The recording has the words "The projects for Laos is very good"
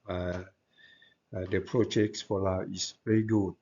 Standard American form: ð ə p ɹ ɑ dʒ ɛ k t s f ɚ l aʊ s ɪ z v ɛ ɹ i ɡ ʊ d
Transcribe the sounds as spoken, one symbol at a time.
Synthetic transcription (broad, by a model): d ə p ɹ ɑ dʒ ɛ k t s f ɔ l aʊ ɪ s v ɛ ɹ i ɡ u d